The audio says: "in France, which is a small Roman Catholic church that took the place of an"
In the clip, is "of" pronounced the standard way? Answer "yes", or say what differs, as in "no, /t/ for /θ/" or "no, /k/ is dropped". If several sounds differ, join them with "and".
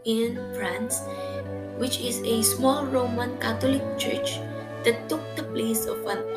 no, /w/ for /v/